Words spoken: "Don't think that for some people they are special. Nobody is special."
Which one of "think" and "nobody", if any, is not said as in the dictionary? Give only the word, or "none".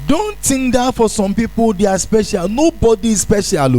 think